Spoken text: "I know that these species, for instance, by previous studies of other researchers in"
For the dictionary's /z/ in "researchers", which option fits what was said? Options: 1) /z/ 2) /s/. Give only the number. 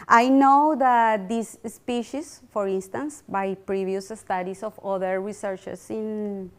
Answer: 2